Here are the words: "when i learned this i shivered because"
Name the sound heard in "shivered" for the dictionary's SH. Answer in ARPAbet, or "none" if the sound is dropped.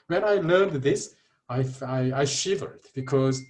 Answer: SH